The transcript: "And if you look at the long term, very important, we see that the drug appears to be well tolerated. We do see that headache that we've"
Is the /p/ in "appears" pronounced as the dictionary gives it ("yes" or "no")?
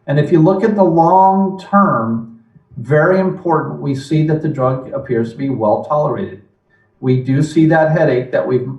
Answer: yes